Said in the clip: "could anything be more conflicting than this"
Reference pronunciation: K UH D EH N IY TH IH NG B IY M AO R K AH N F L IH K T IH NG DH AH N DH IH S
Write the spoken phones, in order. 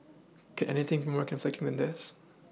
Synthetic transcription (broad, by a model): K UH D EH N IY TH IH NG B IY M AO R K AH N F L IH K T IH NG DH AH N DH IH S